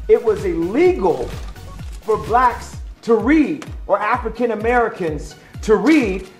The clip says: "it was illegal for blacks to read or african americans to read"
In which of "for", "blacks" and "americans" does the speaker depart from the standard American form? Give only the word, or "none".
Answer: none